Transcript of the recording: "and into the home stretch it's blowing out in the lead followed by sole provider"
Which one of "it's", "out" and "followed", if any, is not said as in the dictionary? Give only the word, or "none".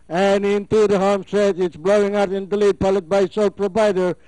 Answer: followed